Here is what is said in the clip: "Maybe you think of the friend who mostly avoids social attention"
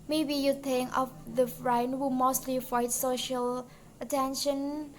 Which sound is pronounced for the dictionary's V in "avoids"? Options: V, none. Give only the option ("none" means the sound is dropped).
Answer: none